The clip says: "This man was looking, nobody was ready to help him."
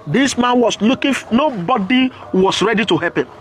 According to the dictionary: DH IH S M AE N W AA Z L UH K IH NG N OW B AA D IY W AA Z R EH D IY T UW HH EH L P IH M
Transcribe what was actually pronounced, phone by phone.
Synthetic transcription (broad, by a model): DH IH S M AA N W AA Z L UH K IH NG N OW B AA D IY W AA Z R EH D IY T UW HH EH P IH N